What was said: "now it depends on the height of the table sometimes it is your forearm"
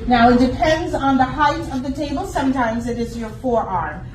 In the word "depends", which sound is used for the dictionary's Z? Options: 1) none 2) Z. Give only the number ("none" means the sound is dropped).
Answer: 2